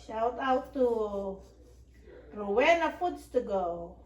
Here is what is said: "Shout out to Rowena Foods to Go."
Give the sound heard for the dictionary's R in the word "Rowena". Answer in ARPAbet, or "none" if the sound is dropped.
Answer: W